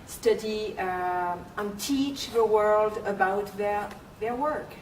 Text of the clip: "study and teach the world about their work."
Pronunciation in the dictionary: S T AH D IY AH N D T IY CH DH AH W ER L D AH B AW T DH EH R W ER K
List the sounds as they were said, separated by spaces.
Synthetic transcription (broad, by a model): S T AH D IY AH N T IY CH DH AH W ER L D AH B AW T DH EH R W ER K